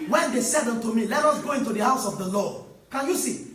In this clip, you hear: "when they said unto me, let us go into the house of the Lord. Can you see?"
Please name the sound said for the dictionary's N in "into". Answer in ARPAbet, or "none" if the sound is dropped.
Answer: N